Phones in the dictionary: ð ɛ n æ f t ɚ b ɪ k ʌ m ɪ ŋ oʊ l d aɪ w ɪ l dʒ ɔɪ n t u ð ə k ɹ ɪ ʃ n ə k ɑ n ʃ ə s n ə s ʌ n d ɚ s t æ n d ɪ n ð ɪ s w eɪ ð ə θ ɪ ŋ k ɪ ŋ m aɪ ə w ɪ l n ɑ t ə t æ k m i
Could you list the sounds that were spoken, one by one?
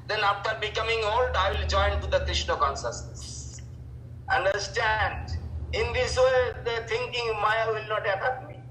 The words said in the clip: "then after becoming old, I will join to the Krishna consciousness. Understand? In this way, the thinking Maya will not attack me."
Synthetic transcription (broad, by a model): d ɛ n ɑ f t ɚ b ɪ k ʌ m ɪ ŋ oʊ l d aɪ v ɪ l dʒ ɔɪ n t u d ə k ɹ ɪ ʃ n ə k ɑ n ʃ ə s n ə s ʌ n d ɚ s t æ n d ɪ n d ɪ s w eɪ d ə t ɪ ŋ k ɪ ŋ m aɪ ə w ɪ l n ɑ t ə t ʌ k m i